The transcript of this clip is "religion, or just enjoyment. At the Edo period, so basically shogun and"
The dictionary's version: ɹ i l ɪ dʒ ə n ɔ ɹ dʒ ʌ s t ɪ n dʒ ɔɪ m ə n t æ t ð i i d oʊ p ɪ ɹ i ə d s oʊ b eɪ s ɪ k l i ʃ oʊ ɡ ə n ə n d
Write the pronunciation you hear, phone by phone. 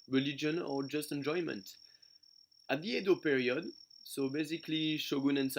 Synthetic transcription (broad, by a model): ɹ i l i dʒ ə n ɔ ɹ dʒ ʌ s t ɪ n dʒ ɔɪ m ə n t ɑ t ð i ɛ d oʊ p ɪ ɹ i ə d s oʊ b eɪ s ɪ k l i ʃ oʊ ɡ ə n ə n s